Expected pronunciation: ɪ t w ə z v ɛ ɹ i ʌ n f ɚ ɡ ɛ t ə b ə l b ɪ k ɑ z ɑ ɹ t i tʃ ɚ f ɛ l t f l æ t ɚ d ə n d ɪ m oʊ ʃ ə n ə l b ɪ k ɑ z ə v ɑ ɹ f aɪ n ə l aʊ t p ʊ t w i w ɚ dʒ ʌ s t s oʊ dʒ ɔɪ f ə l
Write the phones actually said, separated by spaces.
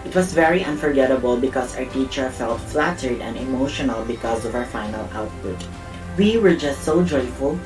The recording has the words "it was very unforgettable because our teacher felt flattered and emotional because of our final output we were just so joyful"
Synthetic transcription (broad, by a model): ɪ t w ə s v ɛ ɹ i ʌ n f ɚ ɡ ɛ t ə b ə l b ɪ k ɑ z ɑ ɹ t i tʃ ɚ f ɛ l t f l æ t ɚ d ə n d ɪ m oʊ ʃ ə n ə l b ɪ k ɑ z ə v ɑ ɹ f aɪ n ə l aʊ t p ʊ t w i w ɚ dʒ ʌ s t s oʊ dʒ ɔɪ f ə l